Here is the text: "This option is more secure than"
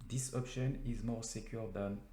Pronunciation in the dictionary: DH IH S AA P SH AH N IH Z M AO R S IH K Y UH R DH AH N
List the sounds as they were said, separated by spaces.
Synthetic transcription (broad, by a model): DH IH S AA P SH AH N IH Z M AO R S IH K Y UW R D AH N